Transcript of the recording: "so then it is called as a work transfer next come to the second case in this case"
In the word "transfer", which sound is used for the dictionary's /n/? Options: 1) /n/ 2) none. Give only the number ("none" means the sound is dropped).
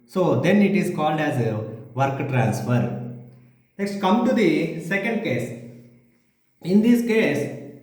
1